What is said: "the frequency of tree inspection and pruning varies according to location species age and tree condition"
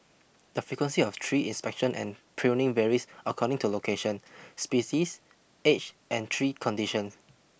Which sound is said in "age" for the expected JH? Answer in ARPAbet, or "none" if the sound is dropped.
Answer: CH